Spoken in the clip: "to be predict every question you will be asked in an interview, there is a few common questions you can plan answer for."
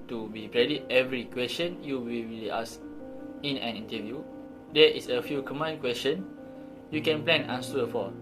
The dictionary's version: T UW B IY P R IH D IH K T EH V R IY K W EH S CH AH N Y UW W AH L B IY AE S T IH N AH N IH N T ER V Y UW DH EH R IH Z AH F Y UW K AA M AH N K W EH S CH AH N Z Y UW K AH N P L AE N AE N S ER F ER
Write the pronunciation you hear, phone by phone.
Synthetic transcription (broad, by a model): T UW B IY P R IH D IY T EH V R IY K W EH S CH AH N Y UW W AH L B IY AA S IH N AH N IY N T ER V Y UW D EH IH S AH F Y UW K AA M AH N K W EH S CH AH N Y UW K AH N P L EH N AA N S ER F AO